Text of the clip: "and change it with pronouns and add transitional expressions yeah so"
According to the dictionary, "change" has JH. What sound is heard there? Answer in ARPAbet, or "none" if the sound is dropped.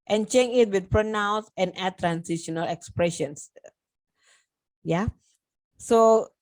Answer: none